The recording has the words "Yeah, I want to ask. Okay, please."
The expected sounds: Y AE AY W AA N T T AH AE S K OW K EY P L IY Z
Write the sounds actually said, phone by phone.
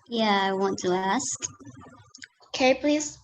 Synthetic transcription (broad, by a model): Y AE AY W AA N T T AH AE S K OW K EY P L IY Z